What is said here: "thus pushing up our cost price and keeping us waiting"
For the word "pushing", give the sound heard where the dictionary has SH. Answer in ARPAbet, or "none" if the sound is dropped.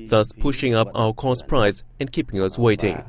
SH